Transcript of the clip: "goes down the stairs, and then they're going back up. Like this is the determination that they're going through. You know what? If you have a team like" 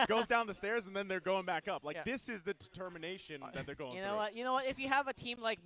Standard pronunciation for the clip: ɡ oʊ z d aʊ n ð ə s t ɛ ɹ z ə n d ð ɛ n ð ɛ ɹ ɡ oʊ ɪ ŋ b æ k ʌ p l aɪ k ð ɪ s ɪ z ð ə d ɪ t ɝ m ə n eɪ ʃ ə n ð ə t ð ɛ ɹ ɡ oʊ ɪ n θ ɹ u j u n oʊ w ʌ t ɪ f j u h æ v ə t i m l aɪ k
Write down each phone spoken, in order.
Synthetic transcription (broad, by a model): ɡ oʊ z d aʊ n ð ə s t ɛ ɹ z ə n ð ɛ n ð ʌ ɹ ɡ oʊ ɪ ŋ b æ k ʌ p l aɪ k ð ɪ s ɪ z ð ə d ɪ t ɝ m ə n eɪ ʃ ə n ð ə t ð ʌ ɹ ɡ oʊ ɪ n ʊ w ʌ j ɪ n oʊ w ʌ t ɪ f j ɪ v ə t i m l aɪ k